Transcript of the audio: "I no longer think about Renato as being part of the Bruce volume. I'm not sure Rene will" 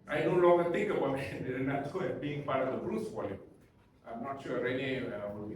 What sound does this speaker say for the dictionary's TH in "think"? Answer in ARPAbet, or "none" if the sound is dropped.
T